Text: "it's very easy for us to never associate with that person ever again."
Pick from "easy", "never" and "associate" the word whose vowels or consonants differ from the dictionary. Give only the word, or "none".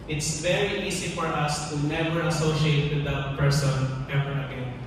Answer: easy